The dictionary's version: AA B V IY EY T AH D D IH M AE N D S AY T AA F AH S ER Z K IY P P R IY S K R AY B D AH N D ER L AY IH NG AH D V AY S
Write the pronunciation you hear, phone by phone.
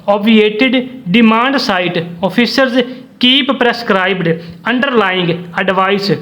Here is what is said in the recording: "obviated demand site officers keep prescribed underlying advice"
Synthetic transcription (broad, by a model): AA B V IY EY T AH D D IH M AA N D S AY T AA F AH S ER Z K IY P P R IY S K R AY B D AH N D ER L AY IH NG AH D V AY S